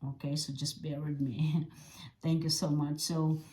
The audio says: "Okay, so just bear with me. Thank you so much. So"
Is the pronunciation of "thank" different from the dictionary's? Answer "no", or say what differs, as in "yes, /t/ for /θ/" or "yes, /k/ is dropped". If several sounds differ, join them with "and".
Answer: no